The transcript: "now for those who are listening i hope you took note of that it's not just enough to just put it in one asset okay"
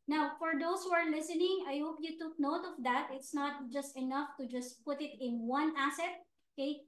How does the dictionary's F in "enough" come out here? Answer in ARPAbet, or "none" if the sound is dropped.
F